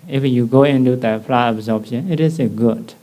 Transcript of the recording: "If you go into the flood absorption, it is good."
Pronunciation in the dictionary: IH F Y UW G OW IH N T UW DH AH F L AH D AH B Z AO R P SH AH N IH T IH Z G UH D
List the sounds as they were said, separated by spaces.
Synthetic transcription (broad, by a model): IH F Y UW G OW IH N T UW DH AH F L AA AH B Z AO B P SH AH N IH T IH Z G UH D